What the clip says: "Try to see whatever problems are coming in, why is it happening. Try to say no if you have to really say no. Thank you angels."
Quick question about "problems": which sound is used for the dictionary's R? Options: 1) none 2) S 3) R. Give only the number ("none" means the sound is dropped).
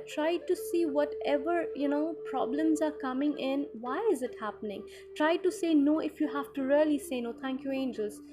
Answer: 3